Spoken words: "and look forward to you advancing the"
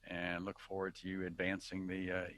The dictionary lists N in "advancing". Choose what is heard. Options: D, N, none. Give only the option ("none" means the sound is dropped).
N